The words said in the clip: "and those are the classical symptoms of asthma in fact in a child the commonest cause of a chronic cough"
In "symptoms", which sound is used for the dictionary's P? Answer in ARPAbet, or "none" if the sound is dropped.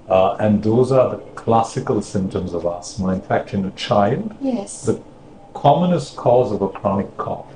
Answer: P